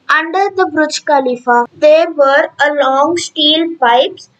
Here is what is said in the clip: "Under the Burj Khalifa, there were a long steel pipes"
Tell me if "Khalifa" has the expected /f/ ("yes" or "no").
yes